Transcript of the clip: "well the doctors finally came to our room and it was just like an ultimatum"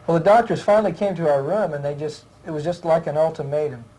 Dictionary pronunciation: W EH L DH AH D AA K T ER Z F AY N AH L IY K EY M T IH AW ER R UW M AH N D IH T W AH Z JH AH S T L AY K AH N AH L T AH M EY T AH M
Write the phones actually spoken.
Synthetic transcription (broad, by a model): W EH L DH AH D AA K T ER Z F AY N L IY K EY M T IH AW ER R UW M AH N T IH T W AH Z JH AH S T L AY K AH N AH L T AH M EY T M